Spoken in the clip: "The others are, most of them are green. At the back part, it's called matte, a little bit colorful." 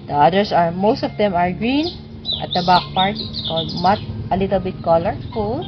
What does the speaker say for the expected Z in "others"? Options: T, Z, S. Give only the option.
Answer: S